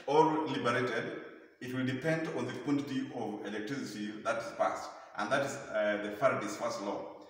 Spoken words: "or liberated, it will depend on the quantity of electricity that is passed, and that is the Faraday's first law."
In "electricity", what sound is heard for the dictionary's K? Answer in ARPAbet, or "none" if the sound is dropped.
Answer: K